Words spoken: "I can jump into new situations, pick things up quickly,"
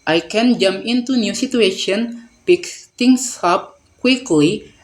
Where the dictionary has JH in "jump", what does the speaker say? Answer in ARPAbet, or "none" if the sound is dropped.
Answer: JH